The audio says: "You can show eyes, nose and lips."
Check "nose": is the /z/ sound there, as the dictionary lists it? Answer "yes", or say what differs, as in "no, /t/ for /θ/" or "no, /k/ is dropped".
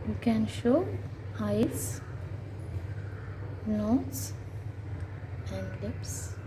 no, /s/ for /z/